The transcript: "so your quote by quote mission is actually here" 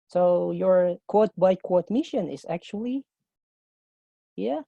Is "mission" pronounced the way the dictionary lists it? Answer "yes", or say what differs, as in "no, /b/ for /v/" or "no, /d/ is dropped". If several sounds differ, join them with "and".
yes